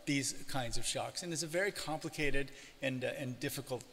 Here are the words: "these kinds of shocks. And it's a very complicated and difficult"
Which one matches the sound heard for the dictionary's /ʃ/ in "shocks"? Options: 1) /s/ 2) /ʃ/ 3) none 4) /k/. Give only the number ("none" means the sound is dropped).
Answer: 2